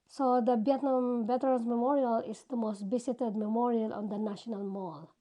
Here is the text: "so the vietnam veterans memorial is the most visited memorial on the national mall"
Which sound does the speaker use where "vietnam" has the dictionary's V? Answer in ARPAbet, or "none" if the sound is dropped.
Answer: B